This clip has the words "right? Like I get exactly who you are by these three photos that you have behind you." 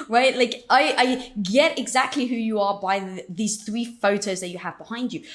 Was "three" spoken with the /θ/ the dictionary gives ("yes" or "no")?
yes